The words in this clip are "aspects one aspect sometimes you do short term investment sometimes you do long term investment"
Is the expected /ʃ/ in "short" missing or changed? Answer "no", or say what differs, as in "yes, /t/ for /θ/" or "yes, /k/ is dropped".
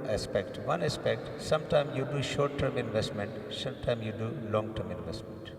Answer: no